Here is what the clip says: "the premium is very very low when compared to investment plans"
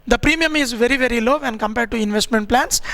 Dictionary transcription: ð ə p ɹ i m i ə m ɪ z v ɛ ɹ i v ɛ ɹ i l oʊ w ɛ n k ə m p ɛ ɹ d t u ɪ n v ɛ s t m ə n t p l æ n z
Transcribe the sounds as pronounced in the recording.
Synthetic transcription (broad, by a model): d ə p ɹ i m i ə m ɪ z v ɛ ɹ i v ɛ ɹ i l oʊ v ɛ n k ə m p ɛ ɹ d t u ɪ n v ɛ s t m ə n t p l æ n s